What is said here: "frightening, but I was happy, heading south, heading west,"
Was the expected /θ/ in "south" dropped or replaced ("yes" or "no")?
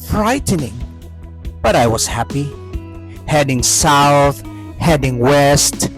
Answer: no